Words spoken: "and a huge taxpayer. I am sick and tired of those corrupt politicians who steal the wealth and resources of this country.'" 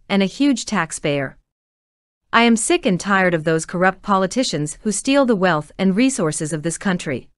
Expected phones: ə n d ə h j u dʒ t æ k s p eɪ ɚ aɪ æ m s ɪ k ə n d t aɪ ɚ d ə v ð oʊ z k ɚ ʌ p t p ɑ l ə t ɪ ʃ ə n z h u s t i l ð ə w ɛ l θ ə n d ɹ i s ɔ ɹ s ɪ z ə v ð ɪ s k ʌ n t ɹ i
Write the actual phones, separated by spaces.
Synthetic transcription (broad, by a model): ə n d ə h j u dʒ t æ k s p eɪ ɚ aɪ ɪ m s ɪ k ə n t aɪ ɚ d ə v ð oʊ z k ɚ ʌ p t p ɑ l ə t ɪ ʃ ə n z h u s t i l ð ə w ɛ l θ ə n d ɹ i s ɔ ɹ s ɪ z ə v ð ɪ s k ʌ n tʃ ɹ i